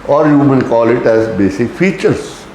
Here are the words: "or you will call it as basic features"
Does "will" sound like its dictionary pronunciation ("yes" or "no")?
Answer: no